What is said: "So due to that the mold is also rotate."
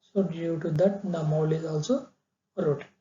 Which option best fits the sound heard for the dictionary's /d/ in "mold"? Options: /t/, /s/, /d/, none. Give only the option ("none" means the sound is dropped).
none